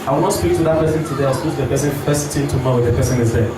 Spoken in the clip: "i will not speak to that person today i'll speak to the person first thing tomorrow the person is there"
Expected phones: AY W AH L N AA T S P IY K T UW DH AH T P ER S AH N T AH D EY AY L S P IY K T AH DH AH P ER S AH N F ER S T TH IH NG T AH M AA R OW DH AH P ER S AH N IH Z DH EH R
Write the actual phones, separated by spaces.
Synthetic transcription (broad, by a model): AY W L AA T S P IY K T UW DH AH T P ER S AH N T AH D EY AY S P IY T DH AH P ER S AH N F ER S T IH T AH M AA W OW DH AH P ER S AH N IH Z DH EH